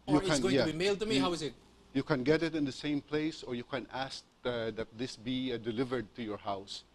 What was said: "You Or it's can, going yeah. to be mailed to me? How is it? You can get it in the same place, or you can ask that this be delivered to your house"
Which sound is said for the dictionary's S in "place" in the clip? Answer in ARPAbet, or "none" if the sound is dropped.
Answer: S